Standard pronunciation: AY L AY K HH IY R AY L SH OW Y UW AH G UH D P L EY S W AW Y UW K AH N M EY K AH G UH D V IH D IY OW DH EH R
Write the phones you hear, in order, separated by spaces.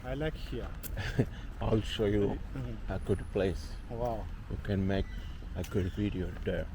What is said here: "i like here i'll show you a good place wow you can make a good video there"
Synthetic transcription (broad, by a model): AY L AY K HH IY AY L SH OW Y UW AH G UH D P L EY S W AW Y UW K AH N M EY K AH G UH D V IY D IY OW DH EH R